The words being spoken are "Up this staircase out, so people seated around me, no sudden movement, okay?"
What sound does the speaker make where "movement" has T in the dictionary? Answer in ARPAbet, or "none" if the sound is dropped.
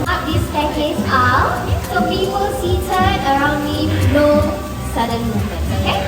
none